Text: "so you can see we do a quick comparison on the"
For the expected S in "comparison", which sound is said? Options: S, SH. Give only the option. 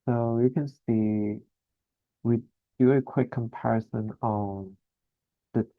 S